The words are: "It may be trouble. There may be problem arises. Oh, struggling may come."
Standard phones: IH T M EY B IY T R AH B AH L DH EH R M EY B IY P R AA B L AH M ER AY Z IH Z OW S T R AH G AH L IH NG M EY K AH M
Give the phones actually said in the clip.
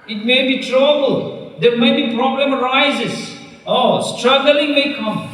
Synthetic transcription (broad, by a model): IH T M EY B IY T R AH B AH L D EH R M EY B IY P R AA B L AH M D AY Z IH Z OW S T R AH G AH L IH NG M EY K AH M